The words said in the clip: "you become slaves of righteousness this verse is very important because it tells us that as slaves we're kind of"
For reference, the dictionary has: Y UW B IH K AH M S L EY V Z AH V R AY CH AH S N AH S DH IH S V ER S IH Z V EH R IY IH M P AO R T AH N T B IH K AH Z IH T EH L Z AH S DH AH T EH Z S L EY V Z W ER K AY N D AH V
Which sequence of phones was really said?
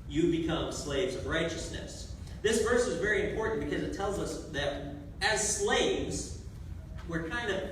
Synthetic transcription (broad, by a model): Y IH B IH K AH M S L EY V Z AH V R AY CH AH S N AH S DH IH S V ER S IH Z V EH R IY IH M P AO R T N B IH K AH Z IH T EH L Z AH S DH AH T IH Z S L EY V Z W ER K AY N D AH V